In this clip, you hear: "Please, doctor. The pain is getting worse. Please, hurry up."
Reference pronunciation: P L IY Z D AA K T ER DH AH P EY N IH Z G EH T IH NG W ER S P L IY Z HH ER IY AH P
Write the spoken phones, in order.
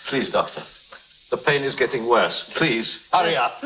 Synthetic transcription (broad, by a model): P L IY Z D AA K T ER DH AH P EY N IH Z G EH T IH NG W ER S P L IY Z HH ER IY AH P